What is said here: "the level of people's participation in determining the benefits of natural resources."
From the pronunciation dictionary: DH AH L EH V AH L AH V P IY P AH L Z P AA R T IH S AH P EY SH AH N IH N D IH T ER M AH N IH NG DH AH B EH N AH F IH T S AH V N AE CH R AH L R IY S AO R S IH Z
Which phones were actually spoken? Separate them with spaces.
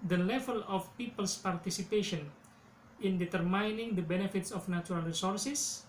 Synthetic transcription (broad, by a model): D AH L EH V AH L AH F P IY P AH L S P AA R T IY S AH P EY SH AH N IH N D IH T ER M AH N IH NG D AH B EH N AH F IH T S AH F N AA CH R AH L R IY S AO R S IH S